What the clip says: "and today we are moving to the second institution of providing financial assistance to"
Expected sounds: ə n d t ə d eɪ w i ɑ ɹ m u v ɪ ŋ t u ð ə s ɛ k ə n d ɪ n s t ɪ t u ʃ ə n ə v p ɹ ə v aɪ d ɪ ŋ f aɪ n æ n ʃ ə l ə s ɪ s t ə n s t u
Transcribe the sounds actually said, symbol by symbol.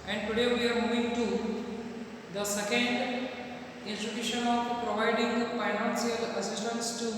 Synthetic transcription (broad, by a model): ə n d t ə d eɪ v i ɑ ɹ m u v ɪ ŋ t u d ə s ɛ k ə n d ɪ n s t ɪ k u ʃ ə n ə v p ɹ ə v aɪ d ɪ ŋ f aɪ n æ n s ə l ə s ɪ s t ə n s t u